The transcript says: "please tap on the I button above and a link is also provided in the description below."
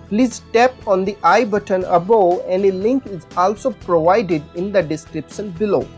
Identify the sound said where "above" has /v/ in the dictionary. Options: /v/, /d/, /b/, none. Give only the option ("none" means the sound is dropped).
none